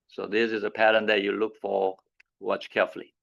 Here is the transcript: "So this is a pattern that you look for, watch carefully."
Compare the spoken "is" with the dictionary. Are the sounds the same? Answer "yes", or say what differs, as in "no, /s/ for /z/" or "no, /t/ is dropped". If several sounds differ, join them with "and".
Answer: yes